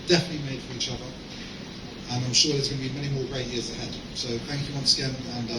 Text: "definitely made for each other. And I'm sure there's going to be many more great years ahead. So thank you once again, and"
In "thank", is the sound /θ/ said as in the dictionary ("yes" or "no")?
yes